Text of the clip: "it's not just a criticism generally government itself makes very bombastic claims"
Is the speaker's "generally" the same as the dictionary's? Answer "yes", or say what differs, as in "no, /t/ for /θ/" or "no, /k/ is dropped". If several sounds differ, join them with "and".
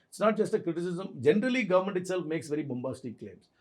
yes